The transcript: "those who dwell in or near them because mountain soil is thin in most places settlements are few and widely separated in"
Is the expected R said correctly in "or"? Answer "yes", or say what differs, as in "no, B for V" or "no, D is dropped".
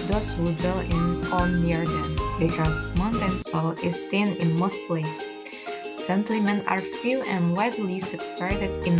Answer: no, L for R